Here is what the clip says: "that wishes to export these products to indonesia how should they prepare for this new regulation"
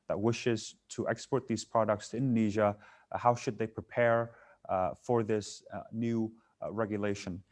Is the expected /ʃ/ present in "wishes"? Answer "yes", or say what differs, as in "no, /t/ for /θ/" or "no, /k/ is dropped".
yes